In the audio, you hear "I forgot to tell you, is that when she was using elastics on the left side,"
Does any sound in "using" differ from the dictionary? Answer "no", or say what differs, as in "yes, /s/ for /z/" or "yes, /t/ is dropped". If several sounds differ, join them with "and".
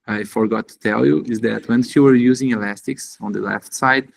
no